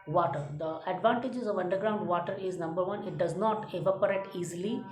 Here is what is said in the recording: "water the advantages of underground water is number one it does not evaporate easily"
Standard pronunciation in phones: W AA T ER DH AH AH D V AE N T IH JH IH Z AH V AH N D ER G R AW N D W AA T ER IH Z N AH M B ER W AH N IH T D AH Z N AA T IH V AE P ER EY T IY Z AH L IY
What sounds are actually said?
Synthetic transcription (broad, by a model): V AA T ER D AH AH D V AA N T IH JH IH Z AH V AH N D ER G R AW N D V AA T ER IH Z N AH M B ER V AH N IH T D AH Z N AA T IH V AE P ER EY T IY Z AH L IY